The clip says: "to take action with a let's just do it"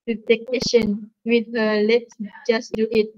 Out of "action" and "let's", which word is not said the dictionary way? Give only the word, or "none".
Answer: action